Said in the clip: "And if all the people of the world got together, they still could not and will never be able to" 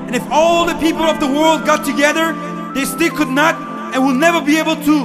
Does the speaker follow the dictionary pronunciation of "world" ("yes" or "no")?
yes